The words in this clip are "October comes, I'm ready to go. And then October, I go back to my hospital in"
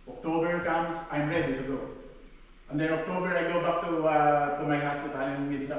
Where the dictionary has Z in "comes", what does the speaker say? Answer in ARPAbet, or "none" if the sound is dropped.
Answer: S